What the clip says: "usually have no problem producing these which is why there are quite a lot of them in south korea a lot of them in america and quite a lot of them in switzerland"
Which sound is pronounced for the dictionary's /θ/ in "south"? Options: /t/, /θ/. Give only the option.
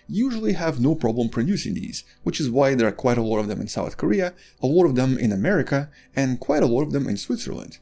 /θ/